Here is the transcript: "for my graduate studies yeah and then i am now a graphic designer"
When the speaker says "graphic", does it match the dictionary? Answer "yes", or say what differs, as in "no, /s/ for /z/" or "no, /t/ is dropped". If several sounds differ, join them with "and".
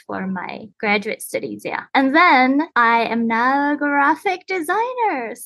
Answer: yes